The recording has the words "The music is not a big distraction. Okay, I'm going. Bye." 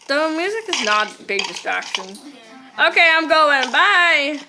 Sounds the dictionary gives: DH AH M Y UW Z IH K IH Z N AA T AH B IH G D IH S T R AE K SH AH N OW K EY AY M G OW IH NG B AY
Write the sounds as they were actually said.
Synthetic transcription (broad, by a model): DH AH M Y UW Z IH K IH Z N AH T B IH G D IH S T R AE K SH AH N OW K EY AY M G OW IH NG B AY